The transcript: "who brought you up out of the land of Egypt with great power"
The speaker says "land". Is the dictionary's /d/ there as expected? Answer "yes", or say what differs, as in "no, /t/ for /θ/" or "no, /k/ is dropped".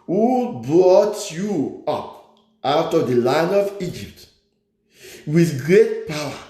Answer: no, /d/ is dropped